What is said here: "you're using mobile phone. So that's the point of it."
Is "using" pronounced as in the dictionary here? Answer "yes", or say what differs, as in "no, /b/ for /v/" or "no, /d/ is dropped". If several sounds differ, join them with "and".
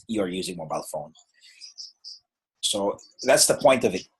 yes